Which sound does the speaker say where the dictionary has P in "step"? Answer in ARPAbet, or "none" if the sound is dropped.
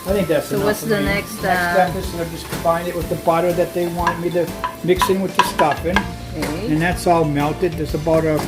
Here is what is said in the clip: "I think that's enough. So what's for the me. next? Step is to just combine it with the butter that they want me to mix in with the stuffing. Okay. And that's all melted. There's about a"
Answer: none